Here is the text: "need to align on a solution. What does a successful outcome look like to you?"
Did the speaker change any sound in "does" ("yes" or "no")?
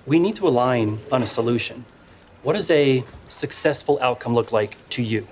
no